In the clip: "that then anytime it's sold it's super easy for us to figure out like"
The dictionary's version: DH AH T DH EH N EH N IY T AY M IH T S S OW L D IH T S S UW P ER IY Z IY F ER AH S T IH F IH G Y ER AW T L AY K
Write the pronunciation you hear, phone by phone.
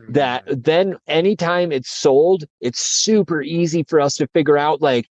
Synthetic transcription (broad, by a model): DH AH T DH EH N EH N IY T AY M IH T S S OW L D IH T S S UW P ER IY Z IY F ER AH S T IH F IH G Y ER AW T L AY K